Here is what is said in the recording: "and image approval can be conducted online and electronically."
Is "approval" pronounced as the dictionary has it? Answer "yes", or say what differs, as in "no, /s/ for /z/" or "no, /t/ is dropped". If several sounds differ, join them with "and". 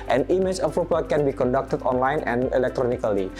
no, /p/ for /v/